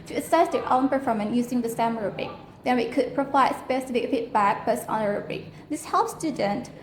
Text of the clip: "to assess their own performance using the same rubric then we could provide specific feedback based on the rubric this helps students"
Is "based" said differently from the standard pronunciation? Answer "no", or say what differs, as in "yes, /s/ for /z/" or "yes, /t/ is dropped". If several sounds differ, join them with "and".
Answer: yes, /t/ is dropped